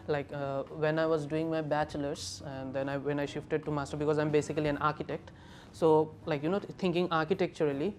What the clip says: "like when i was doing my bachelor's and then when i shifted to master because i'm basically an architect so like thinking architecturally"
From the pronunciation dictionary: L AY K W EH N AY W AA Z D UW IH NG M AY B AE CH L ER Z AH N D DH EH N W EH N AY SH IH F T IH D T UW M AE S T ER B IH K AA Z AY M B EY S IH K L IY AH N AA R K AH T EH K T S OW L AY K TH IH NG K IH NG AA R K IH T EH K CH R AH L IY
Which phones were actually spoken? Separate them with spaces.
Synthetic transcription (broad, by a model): L AY K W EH N AY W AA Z D UW IH NG M AY B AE CH L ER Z AH N D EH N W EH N AY SH IH F T IH D T UW M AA S T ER B IH K AA Z AY M B EY S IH K L IY AH N AA R K AH T EH K T S OW L AY K T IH NG K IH NG AA R K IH T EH K CH R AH L IY